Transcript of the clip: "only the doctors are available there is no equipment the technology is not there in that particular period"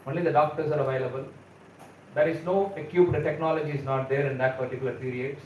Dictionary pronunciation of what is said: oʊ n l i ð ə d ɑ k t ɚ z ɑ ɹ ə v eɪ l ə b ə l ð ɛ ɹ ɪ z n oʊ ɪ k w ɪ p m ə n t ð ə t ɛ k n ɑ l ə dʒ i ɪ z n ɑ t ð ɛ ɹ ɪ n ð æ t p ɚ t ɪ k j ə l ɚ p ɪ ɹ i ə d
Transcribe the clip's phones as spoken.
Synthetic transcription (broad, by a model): oʊ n l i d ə d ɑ k t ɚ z ɑ ɹ ə v eɪ l ə b ə l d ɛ ɹ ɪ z n oʊ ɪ k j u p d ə t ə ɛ k n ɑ l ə dʒ i ɪ z n ɑ t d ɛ ɹ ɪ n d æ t p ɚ t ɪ k j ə l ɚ p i ɹ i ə d